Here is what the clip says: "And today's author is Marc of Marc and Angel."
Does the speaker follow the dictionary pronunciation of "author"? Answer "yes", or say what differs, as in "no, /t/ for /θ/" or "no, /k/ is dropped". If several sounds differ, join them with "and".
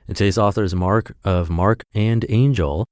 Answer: yes